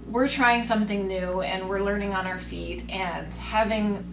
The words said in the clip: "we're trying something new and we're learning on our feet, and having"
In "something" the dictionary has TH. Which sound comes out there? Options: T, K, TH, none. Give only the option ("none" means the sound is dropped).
TH